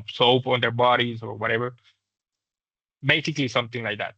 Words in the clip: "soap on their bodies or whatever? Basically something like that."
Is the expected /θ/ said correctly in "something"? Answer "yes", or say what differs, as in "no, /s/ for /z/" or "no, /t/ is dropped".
no, /t/ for /θ/